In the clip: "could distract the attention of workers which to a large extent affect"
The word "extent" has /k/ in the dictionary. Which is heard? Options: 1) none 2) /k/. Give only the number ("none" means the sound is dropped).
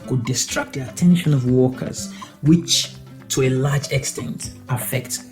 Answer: 2